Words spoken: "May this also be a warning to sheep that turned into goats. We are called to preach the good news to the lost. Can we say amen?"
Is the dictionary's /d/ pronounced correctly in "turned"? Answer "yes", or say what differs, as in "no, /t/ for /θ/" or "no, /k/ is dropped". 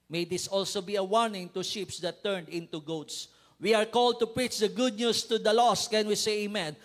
yes